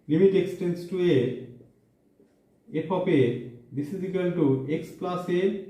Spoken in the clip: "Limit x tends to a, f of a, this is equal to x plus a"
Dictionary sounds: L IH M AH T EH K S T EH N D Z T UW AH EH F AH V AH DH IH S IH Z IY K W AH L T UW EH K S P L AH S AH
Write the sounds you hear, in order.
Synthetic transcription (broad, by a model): L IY M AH T EH K S T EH N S T UW AH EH P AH P AH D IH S IH Z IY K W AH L T UW EH K S P L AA S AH